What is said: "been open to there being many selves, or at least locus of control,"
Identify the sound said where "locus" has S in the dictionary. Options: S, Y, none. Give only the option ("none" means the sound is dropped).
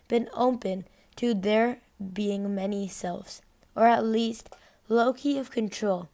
none